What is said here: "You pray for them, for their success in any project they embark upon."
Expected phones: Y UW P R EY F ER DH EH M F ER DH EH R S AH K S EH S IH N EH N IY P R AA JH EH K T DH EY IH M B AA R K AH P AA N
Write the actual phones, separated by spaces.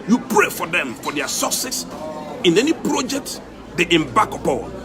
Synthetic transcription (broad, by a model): Y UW P R EY F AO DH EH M F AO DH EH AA S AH S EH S IH N EH N IY P R AA JH EH K T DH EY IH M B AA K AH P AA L